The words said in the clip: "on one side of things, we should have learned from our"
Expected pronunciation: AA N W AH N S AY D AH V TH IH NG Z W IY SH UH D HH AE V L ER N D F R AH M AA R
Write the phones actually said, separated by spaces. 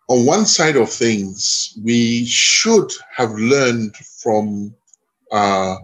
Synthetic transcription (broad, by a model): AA N W AH N S AY D AH V TH IH NG Z W IY SH UH D HH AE V L ER N D F R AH M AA